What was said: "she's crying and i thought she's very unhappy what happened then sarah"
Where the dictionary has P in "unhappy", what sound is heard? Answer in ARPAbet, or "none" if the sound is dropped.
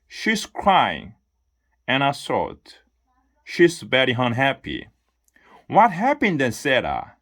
P